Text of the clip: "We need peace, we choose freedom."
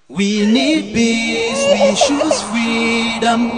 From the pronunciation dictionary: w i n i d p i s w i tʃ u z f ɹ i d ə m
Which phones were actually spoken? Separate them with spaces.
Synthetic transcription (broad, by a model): w i n i d b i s w i ʃ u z f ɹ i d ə m